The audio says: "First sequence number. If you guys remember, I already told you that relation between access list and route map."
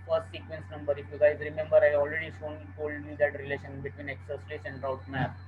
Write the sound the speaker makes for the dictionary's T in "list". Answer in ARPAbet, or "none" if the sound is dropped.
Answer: none